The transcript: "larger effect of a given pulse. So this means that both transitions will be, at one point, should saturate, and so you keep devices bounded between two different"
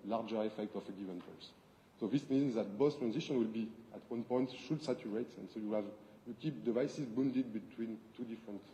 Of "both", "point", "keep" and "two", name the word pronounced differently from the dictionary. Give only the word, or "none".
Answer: both